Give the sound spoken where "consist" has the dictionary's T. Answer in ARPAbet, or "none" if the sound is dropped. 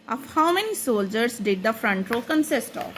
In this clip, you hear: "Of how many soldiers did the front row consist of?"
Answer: T